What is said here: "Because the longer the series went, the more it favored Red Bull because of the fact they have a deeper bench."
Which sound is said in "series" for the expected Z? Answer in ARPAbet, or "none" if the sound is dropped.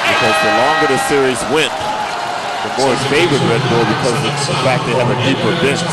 Z